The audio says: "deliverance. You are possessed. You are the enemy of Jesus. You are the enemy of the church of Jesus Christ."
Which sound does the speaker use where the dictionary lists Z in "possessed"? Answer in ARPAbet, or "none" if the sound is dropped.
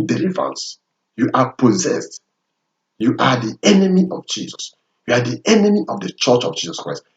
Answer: Z